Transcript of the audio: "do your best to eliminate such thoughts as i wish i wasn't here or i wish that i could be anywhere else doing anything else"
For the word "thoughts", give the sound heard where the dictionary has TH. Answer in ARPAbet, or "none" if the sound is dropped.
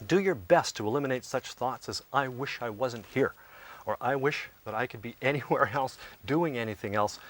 TH